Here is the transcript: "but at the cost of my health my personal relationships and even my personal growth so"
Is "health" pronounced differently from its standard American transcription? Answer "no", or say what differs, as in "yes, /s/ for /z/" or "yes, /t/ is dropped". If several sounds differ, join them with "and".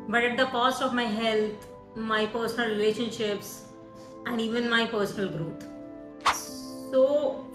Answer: yes, /t/ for /θ/